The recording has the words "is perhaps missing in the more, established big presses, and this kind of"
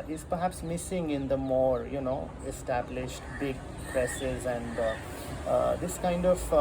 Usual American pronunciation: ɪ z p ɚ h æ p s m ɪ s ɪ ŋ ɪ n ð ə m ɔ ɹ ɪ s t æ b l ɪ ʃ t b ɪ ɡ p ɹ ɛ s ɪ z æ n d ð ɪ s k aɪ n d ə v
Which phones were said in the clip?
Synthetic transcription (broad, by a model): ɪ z p ɚ h æ p s m ɪ s ɪ ŋ ɪ n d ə m ɔ ɹ ɪ s t æ b l ɪ ʃ t b ɪ ɡ p ɹ ɛ s ɪ z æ n d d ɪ s k aɪ n d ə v